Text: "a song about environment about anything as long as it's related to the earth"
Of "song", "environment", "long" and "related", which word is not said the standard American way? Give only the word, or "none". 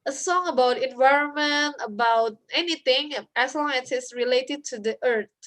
none